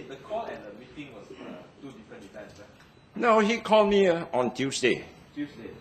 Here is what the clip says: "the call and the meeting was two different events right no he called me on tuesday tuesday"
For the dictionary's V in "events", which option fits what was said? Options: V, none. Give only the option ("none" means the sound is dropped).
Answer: none